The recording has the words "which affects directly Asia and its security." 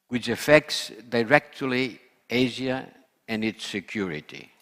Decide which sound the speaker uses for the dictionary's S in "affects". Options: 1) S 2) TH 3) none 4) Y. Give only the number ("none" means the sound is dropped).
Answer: 1